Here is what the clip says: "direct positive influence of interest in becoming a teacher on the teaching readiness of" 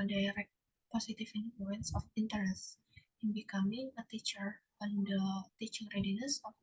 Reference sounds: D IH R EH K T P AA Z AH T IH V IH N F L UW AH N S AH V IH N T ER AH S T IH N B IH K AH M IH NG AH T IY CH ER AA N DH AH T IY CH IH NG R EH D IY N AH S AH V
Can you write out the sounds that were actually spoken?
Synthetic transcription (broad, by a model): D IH R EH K P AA S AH T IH F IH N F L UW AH N S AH F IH N T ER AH S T IH N B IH K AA M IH NG AH T IY CH ER AA N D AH T IY CH IH NG R EH D IY N AH S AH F